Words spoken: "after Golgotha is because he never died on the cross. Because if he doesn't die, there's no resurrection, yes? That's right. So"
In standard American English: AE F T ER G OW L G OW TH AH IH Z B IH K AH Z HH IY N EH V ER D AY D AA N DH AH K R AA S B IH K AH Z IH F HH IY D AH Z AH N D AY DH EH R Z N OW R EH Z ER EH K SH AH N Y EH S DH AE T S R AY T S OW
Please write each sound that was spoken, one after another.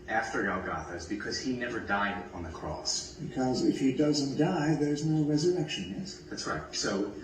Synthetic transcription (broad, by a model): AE F T ER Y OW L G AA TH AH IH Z B IH K AH Z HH IY N EH V ER D AY D N DH AH K R AA S B IH K AH Z IH F HH IY D AH Z AH N D AY DH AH R Z N OW R EH Z ER EH K SH AH N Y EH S DH AE T S R AY T S OW